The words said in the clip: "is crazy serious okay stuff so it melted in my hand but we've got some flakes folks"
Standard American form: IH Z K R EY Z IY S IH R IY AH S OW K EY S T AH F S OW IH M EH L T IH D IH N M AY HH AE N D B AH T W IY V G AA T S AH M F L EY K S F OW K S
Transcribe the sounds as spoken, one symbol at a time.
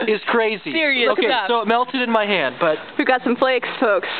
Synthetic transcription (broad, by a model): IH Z K R EY Z IY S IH R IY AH UH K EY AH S OW IH M EH L T IH D IH N M AY HH AE N D B AH T W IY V G AA T S AH M F L EY K S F OW K S